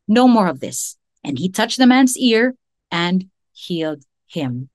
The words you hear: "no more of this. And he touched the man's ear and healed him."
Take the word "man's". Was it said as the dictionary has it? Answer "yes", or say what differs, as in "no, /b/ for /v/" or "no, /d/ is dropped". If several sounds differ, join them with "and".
yes